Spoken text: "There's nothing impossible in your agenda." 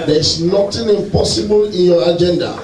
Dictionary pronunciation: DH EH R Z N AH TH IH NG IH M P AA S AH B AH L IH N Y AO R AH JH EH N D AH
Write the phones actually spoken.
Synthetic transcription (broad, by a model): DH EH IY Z N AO T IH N IH M P AA S AH B AH L IH N Y AO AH JH EH N D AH